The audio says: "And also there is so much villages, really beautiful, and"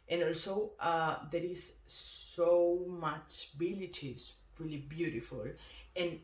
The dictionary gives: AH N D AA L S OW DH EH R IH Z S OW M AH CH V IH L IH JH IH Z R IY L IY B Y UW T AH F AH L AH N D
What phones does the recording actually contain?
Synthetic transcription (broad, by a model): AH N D AA L S OW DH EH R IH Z S OW M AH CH B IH L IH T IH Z R IY L IY B Y UW T AH F AH L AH N